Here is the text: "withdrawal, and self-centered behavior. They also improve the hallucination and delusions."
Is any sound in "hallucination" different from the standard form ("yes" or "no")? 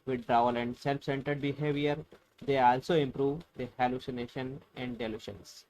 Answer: no